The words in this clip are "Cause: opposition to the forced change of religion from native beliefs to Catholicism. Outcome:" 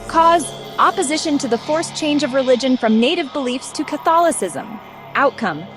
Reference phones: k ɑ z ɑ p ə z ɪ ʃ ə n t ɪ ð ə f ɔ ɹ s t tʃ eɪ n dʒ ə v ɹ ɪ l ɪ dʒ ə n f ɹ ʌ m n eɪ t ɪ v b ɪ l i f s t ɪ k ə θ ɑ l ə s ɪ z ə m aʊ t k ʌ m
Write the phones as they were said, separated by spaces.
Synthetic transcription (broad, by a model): k ɑ z ɑ p ə z ɪ ʃ ə n t ɪ ð ə f ɔ ɹ s tʃ eɪ n dʒ ə v ɹ ɪ l ɪ dʒ ə n f ɹ ʌ m n eɪ t ɪ v b ɪ l i f s t ɪ k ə θ ɑ l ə s ɪ z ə m aʊ t k ʌ m